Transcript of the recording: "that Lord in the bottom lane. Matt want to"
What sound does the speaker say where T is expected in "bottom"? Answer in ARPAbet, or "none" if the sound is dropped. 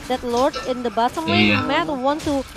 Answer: S